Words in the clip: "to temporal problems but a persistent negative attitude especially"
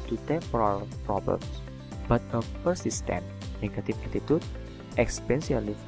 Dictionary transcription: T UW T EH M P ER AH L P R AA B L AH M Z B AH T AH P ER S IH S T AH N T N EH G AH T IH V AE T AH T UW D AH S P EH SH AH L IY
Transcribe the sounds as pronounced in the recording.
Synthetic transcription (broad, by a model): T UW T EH P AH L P R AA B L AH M S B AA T AH P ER S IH S T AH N N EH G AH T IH F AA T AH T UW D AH S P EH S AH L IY